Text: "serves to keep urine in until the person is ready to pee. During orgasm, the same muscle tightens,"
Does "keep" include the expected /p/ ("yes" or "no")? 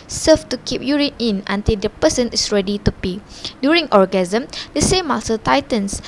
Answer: yes